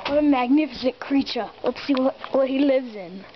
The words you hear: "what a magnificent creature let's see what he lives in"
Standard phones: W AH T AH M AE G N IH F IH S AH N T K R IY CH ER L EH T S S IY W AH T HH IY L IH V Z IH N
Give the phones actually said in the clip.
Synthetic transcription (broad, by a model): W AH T AH M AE G N IH F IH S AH N K R IY CH ER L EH T S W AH W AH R HH IY L IH V Z IH N